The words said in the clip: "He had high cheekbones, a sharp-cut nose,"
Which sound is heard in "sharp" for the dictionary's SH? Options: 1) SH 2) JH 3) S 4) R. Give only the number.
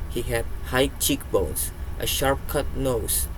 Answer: 1